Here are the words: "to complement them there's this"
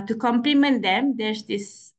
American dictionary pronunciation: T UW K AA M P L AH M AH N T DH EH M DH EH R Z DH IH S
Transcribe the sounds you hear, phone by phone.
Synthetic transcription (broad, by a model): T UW K AA M P L AH M AH N T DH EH M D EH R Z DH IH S